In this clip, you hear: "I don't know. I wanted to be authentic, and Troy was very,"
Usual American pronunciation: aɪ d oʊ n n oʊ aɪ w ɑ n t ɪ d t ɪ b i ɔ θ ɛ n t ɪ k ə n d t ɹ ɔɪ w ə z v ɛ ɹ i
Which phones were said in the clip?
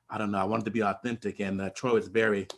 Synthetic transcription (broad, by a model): aɪ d oʊ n n oʊ aɪ w ɑ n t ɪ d t ɪ b i ɔ θ ɛ n t ɪ k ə n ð t ɹ ɔɪ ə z v ɛ ɹ i